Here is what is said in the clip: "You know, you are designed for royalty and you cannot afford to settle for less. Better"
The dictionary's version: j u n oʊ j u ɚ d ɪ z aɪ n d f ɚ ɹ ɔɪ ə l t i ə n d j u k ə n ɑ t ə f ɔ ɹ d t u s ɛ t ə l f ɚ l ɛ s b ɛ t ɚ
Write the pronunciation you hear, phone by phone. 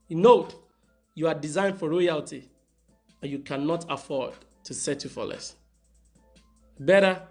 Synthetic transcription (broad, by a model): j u n oʊ j u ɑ d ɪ z aɪ n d f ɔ ɹ ɔɪ ə l t i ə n j u k ə n ɑ t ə f ɔ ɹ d t u s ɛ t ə f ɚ l ɛ s b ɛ t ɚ